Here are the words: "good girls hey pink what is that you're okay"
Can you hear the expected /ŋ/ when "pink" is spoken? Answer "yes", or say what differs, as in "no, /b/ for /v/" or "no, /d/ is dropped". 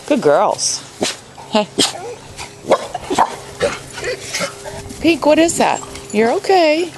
no, /ŋ/ is dropped